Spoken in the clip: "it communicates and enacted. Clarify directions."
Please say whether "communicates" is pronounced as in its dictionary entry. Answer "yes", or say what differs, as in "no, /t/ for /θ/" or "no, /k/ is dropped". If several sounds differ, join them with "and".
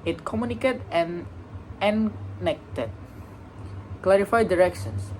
no, /s/ is dropped